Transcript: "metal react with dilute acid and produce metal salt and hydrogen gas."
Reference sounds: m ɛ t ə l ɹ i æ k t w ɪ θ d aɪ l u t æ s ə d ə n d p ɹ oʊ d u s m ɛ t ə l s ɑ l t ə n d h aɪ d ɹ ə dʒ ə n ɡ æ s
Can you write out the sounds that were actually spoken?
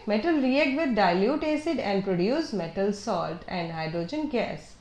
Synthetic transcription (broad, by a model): m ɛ t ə l ɹ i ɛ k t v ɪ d d aɪ l u t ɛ s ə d ə n d p ɹ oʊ d u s m ɛ t ə l s ɑ l t ə n d h aɪ d ɹ ə dʒ ə n ɡ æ s